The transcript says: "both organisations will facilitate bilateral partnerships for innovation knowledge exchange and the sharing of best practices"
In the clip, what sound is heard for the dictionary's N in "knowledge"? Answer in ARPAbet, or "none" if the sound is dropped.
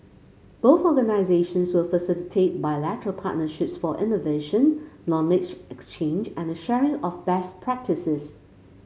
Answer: L